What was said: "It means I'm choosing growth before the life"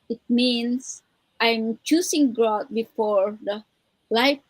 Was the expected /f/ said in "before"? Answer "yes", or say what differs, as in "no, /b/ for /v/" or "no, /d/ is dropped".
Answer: yes